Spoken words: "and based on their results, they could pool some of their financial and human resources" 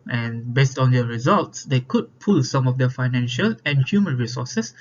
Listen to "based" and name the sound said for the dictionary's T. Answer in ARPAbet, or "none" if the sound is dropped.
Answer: T